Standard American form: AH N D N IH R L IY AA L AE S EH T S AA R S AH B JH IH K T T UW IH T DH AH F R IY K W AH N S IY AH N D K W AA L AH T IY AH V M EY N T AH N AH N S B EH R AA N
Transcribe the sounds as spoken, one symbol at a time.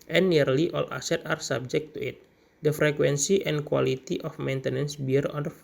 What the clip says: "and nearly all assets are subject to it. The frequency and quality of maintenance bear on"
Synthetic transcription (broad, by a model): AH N N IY R L IY AA L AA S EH T AA R S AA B JH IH K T T UW IH T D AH F R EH K W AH N S IY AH N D K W AA L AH T IY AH F M EY N T AH N AH N S B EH R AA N